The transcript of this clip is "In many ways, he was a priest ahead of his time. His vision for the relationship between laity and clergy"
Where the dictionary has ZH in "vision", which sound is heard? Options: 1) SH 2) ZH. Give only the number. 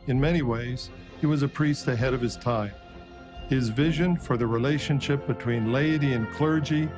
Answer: 2